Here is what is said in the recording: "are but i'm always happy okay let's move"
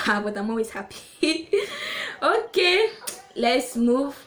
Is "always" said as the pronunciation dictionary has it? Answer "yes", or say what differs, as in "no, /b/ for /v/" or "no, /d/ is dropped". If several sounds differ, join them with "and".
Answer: no, /l/ is dropped